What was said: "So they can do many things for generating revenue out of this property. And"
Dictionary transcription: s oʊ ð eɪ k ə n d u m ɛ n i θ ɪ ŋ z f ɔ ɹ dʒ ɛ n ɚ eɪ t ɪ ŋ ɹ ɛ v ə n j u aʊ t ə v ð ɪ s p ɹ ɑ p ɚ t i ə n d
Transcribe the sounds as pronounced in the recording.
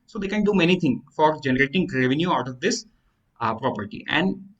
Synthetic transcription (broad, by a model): s oʊ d eɪ k ə n d u m ɛ n i t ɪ ŋ f ɔ ɹ dʒ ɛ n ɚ eɪ t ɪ ŋ ɹ ɛ v ə n j u aʊ t ə v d ɪ s p ɹ ɑ p ɚ t i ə n d